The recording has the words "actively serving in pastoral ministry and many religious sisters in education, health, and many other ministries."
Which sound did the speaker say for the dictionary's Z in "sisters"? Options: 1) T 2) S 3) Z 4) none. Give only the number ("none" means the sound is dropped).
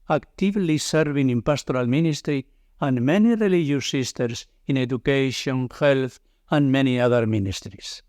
2